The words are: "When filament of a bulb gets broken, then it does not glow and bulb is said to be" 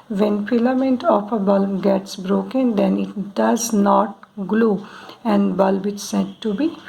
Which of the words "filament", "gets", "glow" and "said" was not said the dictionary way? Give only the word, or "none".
filament